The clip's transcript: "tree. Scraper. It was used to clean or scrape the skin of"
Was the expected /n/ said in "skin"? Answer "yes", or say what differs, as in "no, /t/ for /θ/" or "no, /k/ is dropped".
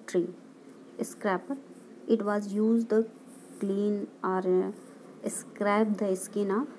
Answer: yes